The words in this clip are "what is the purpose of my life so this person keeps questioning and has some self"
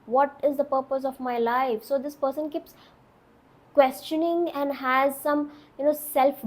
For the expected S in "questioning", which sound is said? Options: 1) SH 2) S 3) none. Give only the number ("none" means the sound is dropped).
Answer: 2